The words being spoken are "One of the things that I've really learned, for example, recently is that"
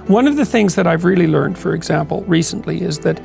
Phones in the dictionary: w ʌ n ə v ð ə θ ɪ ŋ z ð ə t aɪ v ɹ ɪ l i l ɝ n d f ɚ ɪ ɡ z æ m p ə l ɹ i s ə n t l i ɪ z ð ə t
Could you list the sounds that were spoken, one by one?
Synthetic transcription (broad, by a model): w ʌ n ə v ð ə θ ɪ ŋ z ð ə t aɪ v ɹ ɪ l i l ɝ n d f ɚ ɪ ɡ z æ m p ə l ɹ i s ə n t l i ɪ z ð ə t